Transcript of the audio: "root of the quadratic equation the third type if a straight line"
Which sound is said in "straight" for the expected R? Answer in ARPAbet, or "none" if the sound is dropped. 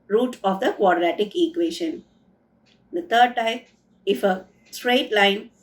R